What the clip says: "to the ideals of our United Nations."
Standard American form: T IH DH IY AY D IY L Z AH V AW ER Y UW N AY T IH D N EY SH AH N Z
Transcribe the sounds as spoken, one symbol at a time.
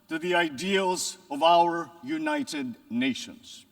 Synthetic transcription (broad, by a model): T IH DH IY AY D IY L Z AH V AW ER Y UW N AY T IH D N EY SH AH N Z